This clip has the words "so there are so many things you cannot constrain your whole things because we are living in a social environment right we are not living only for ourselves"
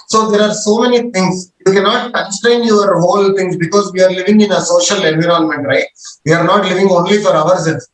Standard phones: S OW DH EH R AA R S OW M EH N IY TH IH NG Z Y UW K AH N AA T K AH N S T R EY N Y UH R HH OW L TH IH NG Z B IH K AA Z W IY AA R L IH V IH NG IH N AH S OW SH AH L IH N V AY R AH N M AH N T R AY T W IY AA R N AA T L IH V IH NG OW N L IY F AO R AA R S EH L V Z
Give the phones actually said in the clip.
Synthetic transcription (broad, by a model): S OW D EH R AA R S OW M EH N IY T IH NG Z Y UW K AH N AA T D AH S T EY N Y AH R HH OW L T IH NG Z B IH K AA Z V IY AA R L IH V IH NG IH N AH S OW SH AH L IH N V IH R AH N M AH N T R AY T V IY AA R N AA T L IH V IH NG OW N L IY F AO R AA R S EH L